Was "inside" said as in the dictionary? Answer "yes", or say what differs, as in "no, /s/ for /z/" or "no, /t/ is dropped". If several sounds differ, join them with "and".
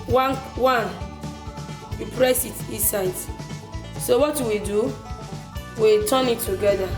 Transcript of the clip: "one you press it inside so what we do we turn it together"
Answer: no, /n/ is dropped